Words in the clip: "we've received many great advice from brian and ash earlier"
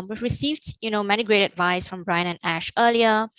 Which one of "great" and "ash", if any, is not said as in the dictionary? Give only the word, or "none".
none